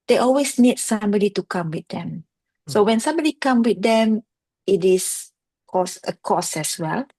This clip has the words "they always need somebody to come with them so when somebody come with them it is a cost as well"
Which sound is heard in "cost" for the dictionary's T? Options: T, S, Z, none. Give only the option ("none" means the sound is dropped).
none